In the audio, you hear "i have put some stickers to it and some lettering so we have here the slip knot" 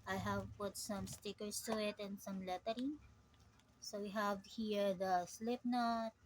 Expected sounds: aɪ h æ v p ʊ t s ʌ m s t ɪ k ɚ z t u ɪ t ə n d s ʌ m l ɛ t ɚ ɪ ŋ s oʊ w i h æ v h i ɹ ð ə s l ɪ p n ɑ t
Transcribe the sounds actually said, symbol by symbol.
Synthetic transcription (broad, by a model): aɪ h æ v p ʊ t s ʌ m s t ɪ k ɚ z t u ɪ t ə n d s ʌ m l ɛ t ɚ ɪ ŋ s oʊ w i h æ v h i ɹ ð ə s l ɪ p n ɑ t